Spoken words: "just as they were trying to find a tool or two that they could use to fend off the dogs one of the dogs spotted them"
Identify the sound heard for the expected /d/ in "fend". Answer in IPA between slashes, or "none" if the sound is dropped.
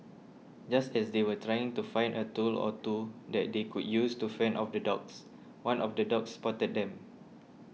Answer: none